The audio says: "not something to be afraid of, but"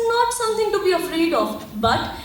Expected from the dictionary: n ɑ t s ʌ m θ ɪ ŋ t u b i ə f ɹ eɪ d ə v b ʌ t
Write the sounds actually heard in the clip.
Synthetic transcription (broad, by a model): n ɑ t s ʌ m t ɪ ŋ t u b i ə f ɹ eɪ d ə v b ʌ t